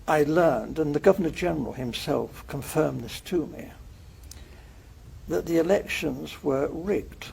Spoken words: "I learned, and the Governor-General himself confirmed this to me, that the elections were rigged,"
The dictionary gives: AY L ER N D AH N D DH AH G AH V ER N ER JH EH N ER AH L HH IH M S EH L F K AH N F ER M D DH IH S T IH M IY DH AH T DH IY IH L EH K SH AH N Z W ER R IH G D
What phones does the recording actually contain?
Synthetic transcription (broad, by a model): AY L ER N D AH N DH AH G AH V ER N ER JH EH N ER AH L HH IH M S EH L F K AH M F ER M DH IH S T IH M IY DH AH T DH IY IH L EH K SH AH N Z W ER R IH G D